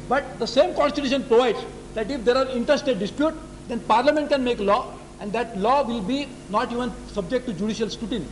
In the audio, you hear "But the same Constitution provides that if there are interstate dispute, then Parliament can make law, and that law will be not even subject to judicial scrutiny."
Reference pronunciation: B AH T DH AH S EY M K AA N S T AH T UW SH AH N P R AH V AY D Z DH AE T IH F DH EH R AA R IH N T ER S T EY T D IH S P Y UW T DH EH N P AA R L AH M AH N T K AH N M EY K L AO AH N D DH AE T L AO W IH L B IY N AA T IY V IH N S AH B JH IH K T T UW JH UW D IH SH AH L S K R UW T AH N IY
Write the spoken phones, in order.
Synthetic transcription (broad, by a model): B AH T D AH S EY M K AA N S T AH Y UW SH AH N P R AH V AY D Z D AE T IH F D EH R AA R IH N T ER S T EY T D IH S P Y UW T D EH N P AA R L AH M AH N T K AH N M EY K L AO AH N D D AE T L AO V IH L B IY N AA T IY V IH N S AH B JH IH K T T UW JH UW D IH SH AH L S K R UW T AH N